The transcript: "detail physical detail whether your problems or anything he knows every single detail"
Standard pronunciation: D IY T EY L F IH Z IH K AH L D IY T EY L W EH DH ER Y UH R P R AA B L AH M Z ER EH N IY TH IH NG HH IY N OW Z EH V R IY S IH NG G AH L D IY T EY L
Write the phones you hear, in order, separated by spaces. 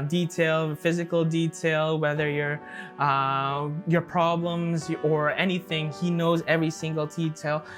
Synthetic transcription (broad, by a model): D IY T EY L F IH Z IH K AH L D IY T EY L W EH DH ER Y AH R P R AA B L AH M Z ER EH N IY TH IH NG HH IY N OW Z EH V R IY S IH NG G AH L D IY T EY L